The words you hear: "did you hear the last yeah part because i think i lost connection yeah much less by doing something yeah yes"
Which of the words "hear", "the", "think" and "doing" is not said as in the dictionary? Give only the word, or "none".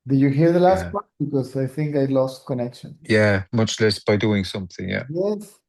none